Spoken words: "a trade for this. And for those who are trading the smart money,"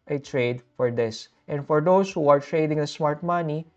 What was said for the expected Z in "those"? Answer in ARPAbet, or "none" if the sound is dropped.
S